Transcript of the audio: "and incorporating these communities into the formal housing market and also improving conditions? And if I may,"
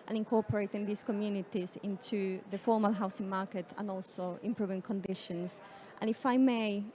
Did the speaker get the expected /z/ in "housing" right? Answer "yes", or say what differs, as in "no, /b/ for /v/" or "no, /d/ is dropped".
no, /s/ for /z/